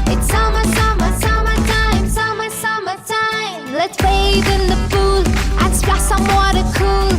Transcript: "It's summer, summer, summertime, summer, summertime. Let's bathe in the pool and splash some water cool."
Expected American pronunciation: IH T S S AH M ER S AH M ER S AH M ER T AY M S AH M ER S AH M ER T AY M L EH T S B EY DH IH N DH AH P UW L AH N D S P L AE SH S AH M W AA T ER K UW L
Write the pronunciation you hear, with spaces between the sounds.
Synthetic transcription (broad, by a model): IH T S S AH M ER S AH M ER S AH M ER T AY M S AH M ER S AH M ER T AY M L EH T S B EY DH IH N DH AH F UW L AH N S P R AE S AH M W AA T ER K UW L